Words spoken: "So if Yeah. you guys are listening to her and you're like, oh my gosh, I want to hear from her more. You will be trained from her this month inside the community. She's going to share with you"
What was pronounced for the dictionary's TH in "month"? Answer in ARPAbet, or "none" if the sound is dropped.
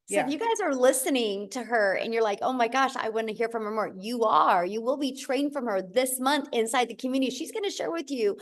TH